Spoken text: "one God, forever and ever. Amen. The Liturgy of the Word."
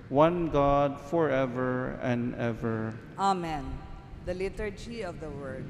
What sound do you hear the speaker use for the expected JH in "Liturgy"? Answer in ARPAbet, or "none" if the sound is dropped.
JH